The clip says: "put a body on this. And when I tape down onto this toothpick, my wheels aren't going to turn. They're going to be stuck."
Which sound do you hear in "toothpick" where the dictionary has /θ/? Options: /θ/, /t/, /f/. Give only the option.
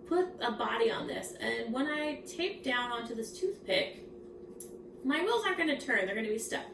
/θ/